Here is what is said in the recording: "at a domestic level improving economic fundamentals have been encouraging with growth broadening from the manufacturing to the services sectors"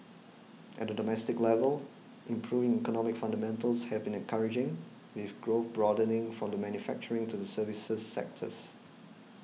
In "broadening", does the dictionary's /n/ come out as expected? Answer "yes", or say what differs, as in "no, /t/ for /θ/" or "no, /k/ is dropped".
yes